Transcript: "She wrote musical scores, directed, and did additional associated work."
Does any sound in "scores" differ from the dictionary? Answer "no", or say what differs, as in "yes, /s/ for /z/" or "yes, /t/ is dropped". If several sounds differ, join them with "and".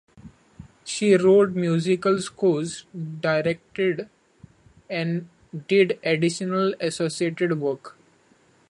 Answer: yes, /l/ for /ɹ/